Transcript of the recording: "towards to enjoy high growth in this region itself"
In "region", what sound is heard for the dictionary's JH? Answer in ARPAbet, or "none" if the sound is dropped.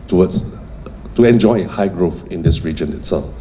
JH